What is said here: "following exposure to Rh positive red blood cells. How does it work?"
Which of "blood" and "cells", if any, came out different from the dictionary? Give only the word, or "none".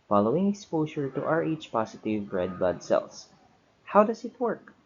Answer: cells